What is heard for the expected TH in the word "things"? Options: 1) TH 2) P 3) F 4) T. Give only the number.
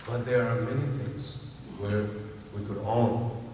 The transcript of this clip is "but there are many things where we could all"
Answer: 1